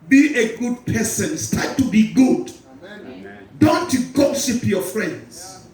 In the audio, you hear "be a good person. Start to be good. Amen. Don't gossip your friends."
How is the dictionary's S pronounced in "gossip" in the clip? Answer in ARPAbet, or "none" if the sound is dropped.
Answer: SH